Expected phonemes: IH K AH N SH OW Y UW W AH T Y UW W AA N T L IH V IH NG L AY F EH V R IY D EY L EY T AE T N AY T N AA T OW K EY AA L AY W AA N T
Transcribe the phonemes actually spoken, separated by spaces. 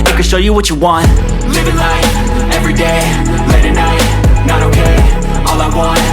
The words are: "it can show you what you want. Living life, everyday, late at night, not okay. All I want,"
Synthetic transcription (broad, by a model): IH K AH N SH OW Y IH W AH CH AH W AA N T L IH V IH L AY EH V R IY D EY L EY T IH N AY T N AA T OW K EY AA L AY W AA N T